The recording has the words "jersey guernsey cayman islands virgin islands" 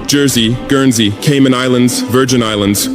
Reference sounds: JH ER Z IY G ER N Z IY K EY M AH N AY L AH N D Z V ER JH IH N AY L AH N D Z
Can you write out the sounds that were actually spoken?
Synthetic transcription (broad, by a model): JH ER Z IY G ER N Z IY K EY M AH N AY L AH N D Z V ER JH IH N AY L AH N D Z